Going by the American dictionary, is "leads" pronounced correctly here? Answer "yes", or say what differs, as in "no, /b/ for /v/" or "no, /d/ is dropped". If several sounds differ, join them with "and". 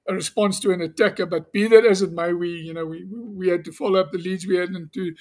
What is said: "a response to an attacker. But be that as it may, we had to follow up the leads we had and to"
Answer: yes